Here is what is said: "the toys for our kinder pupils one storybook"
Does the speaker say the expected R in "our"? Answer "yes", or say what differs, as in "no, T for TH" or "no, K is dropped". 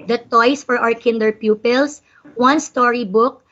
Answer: no, W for R